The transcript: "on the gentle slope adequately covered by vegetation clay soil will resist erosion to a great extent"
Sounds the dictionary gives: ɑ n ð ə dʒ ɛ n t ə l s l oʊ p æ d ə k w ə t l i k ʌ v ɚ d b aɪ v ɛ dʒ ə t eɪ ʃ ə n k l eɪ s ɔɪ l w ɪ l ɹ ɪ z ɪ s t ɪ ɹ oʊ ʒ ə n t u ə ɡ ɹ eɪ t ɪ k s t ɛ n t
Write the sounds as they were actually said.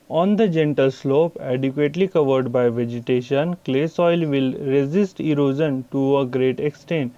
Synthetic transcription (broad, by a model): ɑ n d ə dʒ ɛ n t ə l s l oʊ p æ d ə k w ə t l i k ʌ v ɚ d b aɪ v ɛ dʒ ə t eɪ ʃ ə n k l eɪ s ɔɪ l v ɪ l ɹ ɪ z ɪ s t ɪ ɹ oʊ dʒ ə n t u ə ɡ ɹ eɪ t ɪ k s t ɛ n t